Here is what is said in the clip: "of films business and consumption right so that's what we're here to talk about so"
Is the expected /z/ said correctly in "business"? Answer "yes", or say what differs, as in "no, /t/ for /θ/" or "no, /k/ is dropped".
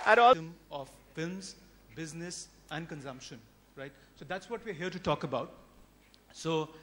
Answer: yes